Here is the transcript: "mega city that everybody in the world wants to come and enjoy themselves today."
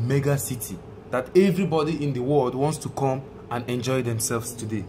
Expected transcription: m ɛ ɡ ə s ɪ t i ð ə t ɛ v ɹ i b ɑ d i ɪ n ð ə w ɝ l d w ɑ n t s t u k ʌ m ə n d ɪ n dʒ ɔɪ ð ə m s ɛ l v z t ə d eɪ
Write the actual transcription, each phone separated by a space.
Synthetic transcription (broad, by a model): m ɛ ɡ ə s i t i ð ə t ɛ v ɹ i b ɑ d i ɪ n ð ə w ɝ l d w ɑ n t s t u k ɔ m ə n ɪ n dʒ ɔɪ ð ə m s ɛ l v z t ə d eɪ